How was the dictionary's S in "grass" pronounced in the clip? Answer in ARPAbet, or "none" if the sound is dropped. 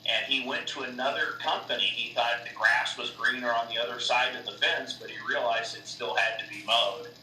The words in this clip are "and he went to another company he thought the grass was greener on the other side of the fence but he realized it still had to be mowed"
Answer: S